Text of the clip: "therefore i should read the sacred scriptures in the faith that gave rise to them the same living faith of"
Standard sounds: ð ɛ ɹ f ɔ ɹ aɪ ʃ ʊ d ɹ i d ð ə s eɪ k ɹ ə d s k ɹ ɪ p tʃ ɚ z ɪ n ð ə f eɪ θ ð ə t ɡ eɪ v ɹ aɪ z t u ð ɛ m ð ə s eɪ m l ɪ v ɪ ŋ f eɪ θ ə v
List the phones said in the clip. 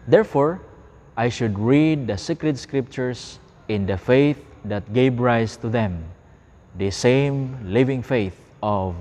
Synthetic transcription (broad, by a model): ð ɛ ɹ f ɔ ɹ aɪ ʃ ʊ d ɹ i d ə s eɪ k ɹ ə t s k ɹ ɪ p tʃ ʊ s ɪ n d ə f eɪ θ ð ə t ɡ eɪ v ɹ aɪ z t u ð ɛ m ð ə s eɪ m l ɪ v ɪ ŋ f eɪ θ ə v